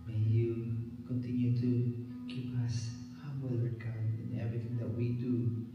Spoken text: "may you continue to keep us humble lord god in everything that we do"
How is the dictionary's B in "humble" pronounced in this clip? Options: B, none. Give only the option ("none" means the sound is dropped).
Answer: none